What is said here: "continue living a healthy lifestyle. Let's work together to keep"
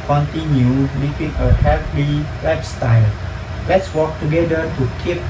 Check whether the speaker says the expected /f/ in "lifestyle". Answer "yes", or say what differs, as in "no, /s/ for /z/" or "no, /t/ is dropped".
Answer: no, /p/ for /f/